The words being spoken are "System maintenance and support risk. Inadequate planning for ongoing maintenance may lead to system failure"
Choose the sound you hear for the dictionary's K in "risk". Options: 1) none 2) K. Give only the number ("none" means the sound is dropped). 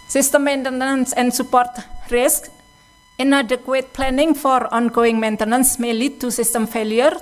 2